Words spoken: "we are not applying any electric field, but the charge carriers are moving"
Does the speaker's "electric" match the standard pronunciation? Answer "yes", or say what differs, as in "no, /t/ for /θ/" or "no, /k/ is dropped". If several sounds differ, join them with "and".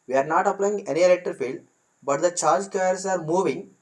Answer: no, /ɹ/ is dropped